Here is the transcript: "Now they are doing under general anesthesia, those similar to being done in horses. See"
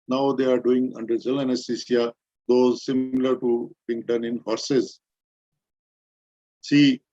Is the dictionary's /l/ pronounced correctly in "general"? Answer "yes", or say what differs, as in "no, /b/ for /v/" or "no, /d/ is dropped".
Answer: no, /n/ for /l/